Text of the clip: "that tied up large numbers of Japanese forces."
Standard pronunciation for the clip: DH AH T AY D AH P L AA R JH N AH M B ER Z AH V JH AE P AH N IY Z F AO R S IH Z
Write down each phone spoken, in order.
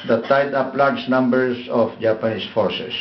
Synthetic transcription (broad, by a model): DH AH T AY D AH P L AA R JH N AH M B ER S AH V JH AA P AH N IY S F AO R S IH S